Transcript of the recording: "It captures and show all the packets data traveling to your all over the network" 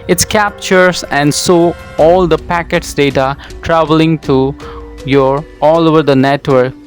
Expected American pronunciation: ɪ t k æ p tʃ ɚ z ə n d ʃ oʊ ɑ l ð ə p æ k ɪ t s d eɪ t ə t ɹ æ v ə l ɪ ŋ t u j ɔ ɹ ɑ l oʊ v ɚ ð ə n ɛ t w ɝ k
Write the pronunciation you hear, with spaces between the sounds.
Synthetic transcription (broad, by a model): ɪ t k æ p tʃ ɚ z ə n d s oʊ ɑ l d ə p æ k ɪ t s d eɪ t ə t ɹ æ v ə l ɪ ŋ t u j ɔ ɹ ɑ l oʊ v ɚ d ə n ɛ t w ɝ k